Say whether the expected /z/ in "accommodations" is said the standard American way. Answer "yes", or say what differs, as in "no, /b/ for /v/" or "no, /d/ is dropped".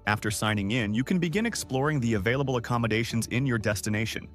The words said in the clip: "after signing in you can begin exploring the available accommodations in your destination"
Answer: yes